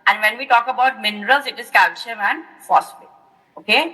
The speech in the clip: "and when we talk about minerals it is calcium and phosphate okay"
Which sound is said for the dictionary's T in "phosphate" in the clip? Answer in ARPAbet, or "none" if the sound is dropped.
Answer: none